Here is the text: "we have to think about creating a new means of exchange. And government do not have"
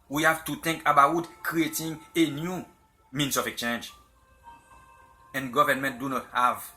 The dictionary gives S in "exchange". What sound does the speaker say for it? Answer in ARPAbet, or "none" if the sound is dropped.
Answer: none